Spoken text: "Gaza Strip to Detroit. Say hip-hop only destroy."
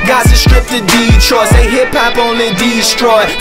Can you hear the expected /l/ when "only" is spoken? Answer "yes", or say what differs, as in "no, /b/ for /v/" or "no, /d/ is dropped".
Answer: no, /l/ is dropped